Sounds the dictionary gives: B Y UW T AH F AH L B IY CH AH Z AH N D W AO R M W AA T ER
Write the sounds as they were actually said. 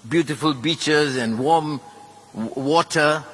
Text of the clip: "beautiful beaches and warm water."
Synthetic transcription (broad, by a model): B Y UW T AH F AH L B IY CH AH Z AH N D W AO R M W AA T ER